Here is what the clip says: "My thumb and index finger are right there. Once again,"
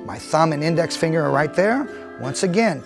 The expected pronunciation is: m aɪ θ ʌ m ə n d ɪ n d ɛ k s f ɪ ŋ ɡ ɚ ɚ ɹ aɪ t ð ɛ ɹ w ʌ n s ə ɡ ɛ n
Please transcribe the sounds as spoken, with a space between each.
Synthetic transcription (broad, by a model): m aɪ θ ʌ m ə n ɪ n d ɛ k s f ɪ ŋ ɡ ɚ ɚ ɹ aɪ t ð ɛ ɹ w ʌ n s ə ɡ ɛ n